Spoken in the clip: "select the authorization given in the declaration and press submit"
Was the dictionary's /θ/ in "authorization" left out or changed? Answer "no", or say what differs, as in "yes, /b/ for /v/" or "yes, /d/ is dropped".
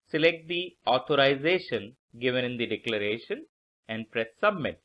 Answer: yes, /t/ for /θ/